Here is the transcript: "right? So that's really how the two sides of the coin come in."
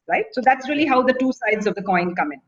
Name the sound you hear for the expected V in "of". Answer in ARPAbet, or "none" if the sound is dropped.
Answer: V